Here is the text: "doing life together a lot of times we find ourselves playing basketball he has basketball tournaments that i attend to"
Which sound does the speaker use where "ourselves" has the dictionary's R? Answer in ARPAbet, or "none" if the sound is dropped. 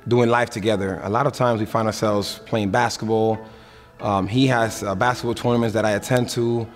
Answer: R